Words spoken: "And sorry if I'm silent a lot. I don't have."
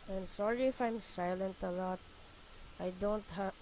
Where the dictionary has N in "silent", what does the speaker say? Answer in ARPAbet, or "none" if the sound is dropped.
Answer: N